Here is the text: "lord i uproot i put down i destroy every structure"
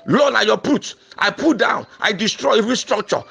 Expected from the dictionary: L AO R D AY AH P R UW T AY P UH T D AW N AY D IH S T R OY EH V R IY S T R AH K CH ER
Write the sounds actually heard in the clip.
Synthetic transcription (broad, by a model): L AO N AY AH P UW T AY P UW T D AW N AY D IH S T R OY EH V R IY S T R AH K CH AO